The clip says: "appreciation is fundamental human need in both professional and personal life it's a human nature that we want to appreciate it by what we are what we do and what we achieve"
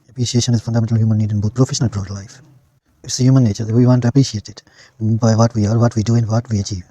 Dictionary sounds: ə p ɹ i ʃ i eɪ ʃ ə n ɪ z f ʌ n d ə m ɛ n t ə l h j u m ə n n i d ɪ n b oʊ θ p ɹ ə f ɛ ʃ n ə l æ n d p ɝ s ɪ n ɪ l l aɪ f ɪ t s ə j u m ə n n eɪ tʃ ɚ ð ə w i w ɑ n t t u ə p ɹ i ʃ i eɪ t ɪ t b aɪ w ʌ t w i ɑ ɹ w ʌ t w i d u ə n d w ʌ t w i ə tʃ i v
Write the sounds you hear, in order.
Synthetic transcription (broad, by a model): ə p ɹ i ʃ i eɪ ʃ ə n ɪ z f ʌ n d ə m ɛ n t ə l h j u m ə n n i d ɪ n b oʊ t p ɹ ə f ɛ ʃ n ə l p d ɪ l l aɪ f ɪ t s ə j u m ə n n eɪ tʃ ɚ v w i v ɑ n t t u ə p ɹ i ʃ i eɪ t ɪ t b aɪ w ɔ t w i ɑ ɹ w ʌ t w i d u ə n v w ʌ t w i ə tʃ i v